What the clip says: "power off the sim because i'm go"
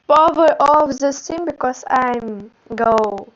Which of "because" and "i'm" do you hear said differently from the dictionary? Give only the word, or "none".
because